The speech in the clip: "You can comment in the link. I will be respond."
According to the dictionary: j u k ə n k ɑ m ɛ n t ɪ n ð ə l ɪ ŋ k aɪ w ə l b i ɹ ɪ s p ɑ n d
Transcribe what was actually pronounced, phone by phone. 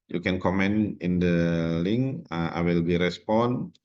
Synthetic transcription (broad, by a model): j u k ə n k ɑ m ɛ n ɪ n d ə l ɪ ŋ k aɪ w ə l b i ɹ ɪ s p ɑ n